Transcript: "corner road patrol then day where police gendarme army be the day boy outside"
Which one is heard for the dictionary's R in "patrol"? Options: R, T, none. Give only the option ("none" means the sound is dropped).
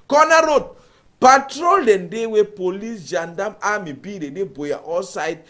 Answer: R